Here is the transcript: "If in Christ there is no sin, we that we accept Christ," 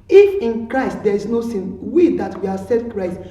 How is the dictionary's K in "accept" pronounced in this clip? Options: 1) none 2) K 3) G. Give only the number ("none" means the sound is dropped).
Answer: 1